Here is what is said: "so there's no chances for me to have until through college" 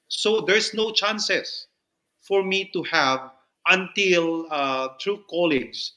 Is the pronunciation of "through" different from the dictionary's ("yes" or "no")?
yes